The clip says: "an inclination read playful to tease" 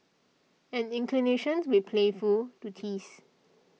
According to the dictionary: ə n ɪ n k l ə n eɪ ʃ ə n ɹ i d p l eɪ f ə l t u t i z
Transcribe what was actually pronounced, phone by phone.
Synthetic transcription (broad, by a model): ə n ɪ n k l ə n eɪ ʃ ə n w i p l eɪ f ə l t u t i s